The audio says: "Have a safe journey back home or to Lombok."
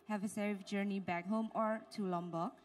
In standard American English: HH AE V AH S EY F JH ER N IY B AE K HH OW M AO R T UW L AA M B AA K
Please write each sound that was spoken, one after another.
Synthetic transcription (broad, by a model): HH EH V AH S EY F JH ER N IY B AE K HH OW M AO R T UW L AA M B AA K